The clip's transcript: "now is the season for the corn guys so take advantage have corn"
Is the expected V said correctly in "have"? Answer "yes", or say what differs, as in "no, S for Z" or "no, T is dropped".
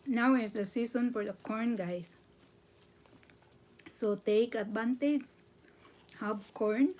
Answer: no, B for V